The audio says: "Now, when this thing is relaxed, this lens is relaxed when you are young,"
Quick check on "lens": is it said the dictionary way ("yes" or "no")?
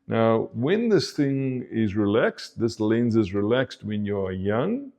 yes